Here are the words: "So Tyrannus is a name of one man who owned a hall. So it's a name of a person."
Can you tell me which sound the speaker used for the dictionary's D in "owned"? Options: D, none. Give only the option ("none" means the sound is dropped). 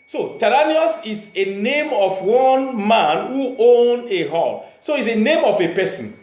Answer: none